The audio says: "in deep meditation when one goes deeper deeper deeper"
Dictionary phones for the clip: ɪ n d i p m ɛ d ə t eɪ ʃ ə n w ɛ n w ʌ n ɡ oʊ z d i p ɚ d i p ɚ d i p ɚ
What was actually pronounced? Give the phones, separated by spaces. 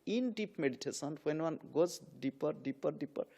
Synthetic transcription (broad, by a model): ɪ n d i p m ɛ d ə t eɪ s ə n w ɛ n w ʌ n ɡ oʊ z d i p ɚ d i p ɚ d i p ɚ